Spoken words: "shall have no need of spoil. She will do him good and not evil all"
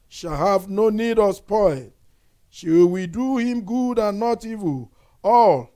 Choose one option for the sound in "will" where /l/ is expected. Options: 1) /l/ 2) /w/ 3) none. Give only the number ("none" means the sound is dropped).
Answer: 2